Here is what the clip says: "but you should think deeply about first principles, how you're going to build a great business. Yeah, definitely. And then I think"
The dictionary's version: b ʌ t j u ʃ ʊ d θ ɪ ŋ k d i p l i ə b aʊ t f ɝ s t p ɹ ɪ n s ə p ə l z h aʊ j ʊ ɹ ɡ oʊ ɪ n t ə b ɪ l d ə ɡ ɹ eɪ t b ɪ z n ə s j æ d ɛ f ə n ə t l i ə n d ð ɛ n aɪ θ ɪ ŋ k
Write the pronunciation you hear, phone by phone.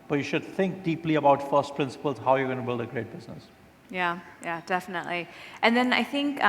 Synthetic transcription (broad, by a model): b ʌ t j u ʃ ʊ d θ ɪ ŋ k d i p l i ə b aʊ t f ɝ s t p ɹ ɪ n s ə p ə l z h aʊ j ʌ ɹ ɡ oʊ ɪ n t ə b ɪ l d ə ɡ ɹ eɪ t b ɪ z n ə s j æ d ɛ f ə n ə t l i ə n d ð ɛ n aɪ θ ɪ ŋ k